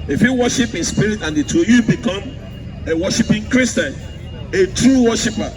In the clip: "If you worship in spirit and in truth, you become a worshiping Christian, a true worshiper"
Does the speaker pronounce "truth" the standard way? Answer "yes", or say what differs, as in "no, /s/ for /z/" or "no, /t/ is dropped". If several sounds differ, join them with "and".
no, /ɹ/ is dropped